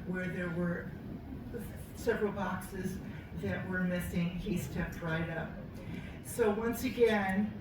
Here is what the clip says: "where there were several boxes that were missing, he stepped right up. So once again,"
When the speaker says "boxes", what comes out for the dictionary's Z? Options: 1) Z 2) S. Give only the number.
1